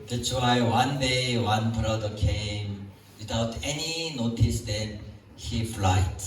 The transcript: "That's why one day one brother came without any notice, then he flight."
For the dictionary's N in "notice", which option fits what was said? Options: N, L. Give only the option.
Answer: N